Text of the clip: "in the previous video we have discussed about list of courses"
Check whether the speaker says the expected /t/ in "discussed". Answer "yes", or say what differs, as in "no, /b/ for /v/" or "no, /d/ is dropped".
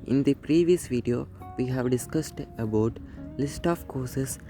yes